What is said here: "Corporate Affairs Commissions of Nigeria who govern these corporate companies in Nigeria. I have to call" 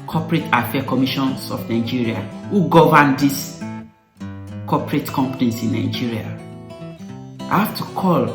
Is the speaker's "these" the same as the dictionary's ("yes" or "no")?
no